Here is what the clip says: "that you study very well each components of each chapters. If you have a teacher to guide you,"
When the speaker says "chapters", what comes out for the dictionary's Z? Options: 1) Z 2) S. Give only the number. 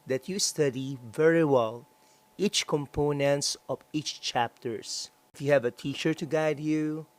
2